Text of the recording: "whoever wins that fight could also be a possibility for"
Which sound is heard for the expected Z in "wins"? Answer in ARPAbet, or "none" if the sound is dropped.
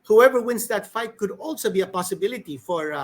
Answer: S